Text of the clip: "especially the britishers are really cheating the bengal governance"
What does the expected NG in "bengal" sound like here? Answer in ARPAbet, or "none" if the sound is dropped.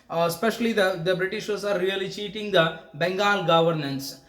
NG